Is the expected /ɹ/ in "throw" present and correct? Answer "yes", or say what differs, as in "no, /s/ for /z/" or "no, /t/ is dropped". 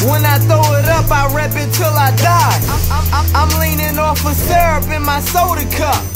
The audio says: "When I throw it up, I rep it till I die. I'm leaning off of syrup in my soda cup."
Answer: no, /ɹ/ is dropped